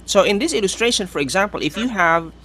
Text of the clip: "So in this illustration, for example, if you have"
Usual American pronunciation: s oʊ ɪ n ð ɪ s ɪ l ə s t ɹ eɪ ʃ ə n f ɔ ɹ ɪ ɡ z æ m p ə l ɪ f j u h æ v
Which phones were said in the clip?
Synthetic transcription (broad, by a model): s oʊ ɪ n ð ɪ s ɪ l ə s t ɹ eɪ ʃ ə n f ɔ ɹ ɪ ɡ z æ m p ə l ɪ f j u h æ v